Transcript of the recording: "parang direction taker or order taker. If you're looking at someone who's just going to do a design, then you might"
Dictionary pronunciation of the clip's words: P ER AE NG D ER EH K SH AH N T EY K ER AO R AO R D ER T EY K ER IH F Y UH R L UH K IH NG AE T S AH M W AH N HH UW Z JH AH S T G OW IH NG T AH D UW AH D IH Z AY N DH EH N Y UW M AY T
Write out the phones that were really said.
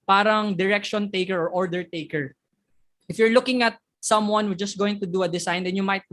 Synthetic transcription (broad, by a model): P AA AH NG D ER EH K SH AH N T EY K ER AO R AO R D ER T EY K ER IH F Y UH R L UH K IH NG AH T S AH M W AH N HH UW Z JH AH S T G OW IH NG T AH D UW AH D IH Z AY N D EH N Y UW M AY T